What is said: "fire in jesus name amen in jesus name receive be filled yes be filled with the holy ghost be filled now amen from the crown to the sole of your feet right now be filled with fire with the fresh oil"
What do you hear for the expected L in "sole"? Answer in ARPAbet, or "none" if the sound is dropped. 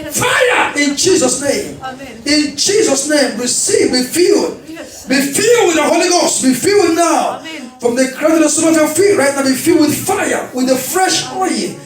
N